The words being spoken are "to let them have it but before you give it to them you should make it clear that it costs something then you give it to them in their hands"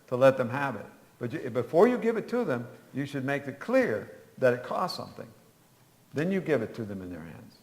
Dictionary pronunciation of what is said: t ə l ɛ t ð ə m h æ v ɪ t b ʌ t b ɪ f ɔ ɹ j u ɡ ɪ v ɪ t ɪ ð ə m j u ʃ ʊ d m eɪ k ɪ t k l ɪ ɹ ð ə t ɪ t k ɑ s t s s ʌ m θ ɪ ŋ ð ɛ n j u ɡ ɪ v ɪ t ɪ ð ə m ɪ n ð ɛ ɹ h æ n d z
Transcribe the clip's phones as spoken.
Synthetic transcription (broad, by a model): t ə l ɛ t ð ə m h æ v ɪ t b ʌ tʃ b ɪ f ɔ ɹ j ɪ ɡ ɪ v ɪ t ɪ ð ə m j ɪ ʃ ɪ d m eɪ k ɪ t k l ɪ ɹ ð ə t ɪ t k ɑ s t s s ʌ m θ ɪ ŋ ð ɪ n j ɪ ɡ ɪ v ɪ t ɪ ð ə m ɪ n ð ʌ ɹ h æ n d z